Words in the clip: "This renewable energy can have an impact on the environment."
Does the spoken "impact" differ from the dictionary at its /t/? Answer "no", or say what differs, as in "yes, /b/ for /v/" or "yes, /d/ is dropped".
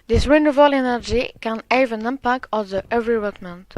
yes, /t/ is dropped